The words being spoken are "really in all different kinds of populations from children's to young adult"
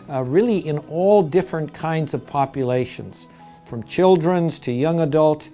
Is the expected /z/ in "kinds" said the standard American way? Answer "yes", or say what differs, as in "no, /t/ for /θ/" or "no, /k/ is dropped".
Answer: yes